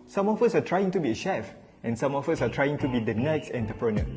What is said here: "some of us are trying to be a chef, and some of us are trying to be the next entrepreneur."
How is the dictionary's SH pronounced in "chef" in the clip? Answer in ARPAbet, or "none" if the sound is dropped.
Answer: SH